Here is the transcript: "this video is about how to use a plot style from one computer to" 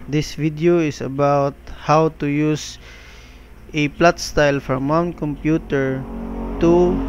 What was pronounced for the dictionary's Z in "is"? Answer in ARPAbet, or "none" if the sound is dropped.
S